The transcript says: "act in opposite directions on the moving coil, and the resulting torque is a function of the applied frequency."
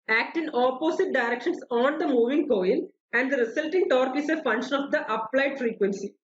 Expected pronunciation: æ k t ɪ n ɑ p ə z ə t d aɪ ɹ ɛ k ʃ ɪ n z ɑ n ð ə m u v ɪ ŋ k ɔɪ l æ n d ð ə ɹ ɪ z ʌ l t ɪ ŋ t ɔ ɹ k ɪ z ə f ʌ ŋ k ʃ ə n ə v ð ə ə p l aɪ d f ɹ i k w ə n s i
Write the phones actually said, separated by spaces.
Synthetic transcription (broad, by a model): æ k t ɪ n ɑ p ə s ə t d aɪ ɹ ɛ k ʃ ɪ n s ɑ n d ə m u v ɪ ŋ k ɔɪ n æ n d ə ɹ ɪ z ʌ l t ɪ ŋ t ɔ ɹ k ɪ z ə f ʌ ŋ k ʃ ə n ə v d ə ə p l aɪ d f ɹ i k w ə n s i